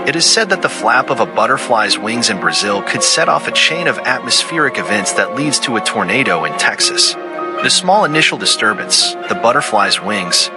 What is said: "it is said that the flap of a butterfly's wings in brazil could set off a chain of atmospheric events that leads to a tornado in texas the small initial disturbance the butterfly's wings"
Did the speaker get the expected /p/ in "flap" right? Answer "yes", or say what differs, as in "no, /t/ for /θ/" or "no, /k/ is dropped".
yes